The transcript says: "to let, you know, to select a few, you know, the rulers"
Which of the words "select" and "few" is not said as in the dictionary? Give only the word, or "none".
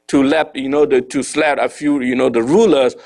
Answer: select